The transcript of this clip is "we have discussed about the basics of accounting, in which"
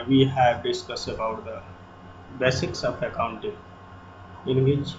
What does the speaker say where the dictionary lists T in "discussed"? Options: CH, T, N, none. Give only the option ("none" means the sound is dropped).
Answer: none